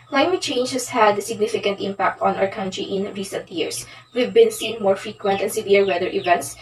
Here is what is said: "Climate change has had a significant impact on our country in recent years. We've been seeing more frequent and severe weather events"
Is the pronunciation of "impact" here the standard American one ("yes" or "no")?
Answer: yes